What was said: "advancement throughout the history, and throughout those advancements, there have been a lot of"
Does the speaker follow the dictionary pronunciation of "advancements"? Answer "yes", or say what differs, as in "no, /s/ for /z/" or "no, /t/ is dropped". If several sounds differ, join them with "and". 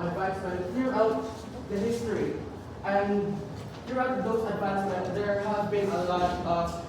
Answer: no, /m/ is dropped and /n/ is dropped